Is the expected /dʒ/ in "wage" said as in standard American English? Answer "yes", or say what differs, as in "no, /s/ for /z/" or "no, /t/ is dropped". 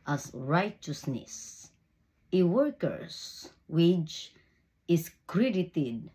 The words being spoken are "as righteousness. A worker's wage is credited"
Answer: no, /tʃ/ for /dʒ/